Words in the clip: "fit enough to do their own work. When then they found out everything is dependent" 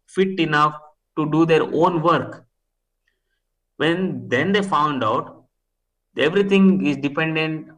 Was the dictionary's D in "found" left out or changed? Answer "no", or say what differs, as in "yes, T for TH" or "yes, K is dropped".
no